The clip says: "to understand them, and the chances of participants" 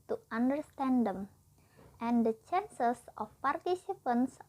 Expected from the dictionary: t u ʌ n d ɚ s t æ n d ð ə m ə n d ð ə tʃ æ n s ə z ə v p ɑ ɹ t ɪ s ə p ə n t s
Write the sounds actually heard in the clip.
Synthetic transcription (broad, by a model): t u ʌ n d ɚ s t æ n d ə m ə n d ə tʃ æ n s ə s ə f p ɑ ɹ t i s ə p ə n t s